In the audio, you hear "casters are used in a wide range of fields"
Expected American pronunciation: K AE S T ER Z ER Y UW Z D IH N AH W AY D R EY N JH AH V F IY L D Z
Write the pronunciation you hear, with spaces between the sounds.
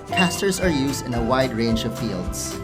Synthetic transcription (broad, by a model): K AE S T ER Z ER Y UW Z D IH N AH W AY D R EY N JH AH V F IY L D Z